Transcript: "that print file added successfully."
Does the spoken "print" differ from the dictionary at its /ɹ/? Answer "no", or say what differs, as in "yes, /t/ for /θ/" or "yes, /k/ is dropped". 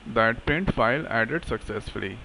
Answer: yes, /ɹ/ is dropped